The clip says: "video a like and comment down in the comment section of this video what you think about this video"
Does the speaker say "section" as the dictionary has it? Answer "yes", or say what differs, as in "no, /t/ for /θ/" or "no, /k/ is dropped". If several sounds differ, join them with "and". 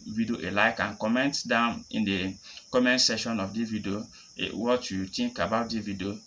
no, /k/ is dropped